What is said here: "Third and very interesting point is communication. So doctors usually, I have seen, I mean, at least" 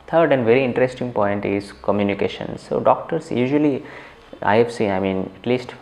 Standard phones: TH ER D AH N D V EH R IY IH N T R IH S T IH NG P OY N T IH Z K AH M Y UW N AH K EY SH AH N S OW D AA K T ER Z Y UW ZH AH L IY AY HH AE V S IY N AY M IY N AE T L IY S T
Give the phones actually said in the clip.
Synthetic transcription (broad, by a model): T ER D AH N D V EH R IY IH N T R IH S T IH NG P OY N T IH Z K AH M Y UW N AH K EY SH AH N S OW D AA K T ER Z Y UW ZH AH L IY AY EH F S IY AY M IY N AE T L IY S T